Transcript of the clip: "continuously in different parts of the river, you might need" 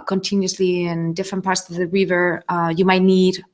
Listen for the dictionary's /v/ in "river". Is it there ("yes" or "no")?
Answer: yes